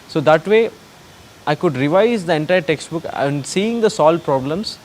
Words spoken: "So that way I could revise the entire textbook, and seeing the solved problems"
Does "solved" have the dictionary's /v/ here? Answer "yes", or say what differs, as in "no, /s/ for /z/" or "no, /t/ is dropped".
no, /v/ is dropped